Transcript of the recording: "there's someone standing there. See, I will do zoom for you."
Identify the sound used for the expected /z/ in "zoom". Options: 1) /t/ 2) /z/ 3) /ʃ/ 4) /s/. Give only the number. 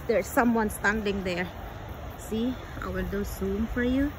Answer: 4